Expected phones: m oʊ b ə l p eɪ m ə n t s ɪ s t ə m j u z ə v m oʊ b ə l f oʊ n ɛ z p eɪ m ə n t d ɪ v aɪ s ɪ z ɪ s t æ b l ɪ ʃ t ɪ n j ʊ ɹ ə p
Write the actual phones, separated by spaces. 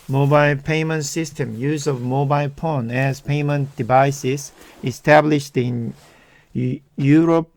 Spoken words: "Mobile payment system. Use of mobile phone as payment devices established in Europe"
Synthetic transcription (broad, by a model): m oʊ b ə l p eɪ m ə n t s ɪ s t ə m j u z ə v m oʊ b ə l p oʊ n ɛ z p eɪ m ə n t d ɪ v aɪ s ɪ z ɪ s t æ b l ɪ ʃ t ɪ n j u ɹ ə p